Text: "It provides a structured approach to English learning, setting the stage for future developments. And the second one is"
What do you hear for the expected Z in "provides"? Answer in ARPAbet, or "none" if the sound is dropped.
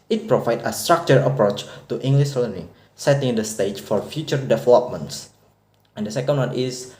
none